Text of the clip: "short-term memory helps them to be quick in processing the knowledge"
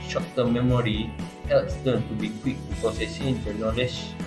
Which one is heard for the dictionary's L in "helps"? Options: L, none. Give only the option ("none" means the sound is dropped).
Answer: L